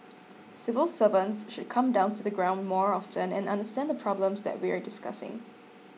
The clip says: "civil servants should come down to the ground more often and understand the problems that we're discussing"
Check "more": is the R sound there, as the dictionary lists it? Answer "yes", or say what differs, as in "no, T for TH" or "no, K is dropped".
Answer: yes